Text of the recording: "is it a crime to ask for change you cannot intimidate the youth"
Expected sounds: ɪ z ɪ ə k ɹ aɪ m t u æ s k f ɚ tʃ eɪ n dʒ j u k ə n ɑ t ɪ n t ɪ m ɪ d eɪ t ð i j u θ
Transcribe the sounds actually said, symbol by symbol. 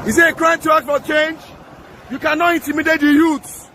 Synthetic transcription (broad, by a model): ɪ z ɪ ə k ɹ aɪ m t u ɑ k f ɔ tʃ eɪ n dʒ j u k ə n ɑ t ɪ n t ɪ m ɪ d eɪ t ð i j u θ